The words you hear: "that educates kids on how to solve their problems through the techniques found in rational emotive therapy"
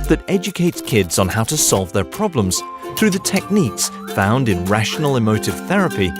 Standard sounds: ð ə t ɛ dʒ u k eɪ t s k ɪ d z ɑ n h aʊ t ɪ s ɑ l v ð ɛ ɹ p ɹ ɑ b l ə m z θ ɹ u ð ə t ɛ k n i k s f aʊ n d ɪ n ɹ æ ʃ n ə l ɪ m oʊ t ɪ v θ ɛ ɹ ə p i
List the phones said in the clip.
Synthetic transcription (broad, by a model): ð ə t ɛ dʒ u k eɪ t s k ɪ d z n h aʊ t ɪ s ɑ l v ð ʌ ɹ p ɹ ɑ b l ə m z θ ɹ u ð ə t ɛ k n i k s f aʊ n d ɪ n ɹ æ ʃ n l ɪ m oʊ t ɪ v θ ɛ ɹ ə p i